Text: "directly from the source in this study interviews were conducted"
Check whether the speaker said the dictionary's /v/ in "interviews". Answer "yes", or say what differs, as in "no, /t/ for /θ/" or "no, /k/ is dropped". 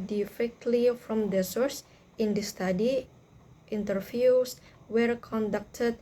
no, /f/ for /v/